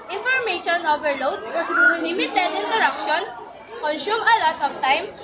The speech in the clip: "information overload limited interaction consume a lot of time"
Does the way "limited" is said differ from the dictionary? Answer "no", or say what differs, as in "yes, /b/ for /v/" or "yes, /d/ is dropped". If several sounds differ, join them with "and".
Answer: yes, /n/ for /l/